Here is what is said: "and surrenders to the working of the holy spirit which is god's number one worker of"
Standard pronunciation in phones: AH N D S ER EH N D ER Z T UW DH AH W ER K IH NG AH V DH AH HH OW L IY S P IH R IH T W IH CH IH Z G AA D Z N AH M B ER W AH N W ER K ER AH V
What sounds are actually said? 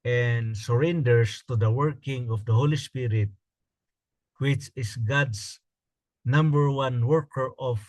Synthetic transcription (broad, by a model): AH N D S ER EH N D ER S T UW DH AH W ER K IH NG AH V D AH HH OW L IY S P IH R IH T W IH CH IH S G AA D S N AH M B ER W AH N W ER K ER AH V